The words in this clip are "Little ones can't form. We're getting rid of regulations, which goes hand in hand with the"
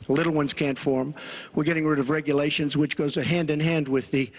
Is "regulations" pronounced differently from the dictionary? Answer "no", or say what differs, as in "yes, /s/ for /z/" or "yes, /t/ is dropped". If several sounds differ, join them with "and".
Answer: no